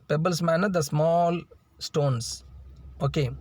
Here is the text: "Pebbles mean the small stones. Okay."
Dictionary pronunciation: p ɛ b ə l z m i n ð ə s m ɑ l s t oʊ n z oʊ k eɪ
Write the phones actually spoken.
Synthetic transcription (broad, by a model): p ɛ b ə l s m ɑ n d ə s m ɑ l s t oʊ n s oʊ k eɪ